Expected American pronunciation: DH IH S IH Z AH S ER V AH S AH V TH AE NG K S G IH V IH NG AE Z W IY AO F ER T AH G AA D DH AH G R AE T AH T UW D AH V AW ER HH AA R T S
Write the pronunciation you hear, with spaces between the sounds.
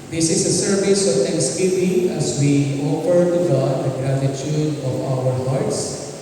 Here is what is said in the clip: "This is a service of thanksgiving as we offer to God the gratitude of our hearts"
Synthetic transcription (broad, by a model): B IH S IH S AH S ER V AH S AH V T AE NG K S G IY P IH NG AE Z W IY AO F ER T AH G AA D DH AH G R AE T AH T UW D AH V AW ER HH AA R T S